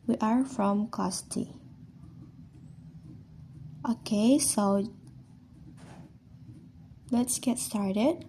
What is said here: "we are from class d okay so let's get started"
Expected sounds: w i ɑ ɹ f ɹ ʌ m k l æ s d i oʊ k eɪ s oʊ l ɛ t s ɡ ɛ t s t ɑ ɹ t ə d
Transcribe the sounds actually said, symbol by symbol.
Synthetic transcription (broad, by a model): w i ɑ ɹ f ɹ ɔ m k ɔ s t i oʊ k eɪ s oʊ l ɛ t s ɡ ɛ t s t ɑ ɹ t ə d